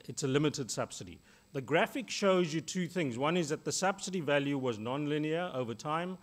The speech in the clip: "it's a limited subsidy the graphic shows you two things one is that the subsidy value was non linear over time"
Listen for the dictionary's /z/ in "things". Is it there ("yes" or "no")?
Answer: yes